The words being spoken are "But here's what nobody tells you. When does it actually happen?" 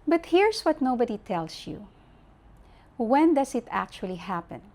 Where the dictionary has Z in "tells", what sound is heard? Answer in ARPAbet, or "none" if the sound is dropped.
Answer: S